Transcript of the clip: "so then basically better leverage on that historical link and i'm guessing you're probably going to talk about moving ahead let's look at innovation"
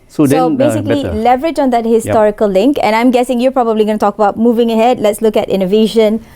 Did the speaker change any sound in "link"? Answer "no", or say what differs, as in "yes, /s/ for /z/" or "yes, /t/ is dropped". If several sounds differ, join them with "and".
no